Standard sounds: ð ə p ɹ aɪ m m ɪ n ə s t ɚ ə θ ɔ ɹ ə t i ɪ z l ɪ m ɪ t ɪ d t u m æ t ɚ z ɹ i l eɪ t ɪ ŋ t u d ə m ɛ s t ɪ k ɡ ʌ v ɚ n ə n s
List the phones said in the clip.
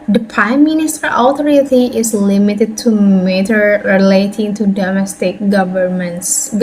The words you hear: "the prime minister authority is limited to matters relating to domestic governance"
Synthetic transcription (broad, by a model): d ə p ɹ aɪ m m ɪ n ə s t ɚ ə t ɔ ɹ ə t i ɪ s l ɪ m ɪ t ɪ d t u m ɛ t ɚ ɹ i l eɪ t ɪ ŋ t u d ə m ɛ s t ɪ k ɡ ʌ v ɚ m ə n s